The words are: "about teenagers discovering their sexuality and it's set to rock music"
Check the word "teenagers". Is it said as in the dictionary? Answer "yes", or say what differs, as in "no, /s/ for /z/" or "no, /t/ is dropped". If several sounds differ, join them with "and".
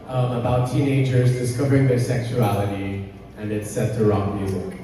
yes